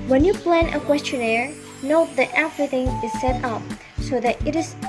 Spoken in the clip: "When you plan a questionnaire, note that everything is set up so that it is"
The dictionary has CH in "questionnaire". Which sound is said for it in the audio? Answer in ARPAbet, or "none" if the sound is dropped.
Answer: CH